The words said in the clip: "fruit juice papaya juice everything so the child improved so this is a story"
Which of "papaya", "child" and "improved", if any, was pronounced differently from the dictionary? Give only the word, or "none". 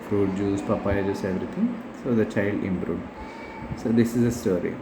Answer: improved